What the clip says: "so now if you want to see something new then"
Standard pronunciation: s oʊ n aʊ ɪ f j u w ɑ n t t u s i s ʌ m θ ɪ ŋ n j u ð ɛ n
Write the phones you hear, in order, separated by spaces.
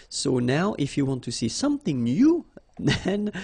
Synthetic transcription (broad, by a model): s oʊ n aʊ ɪ f j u w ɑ n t t u s i s ʌ m θ ɪ ŋ n j u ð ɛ n